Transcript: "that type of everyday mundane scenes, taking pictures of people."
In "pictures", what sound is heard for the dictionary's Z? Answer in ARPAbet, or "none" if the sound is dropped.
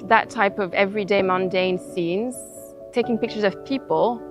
Z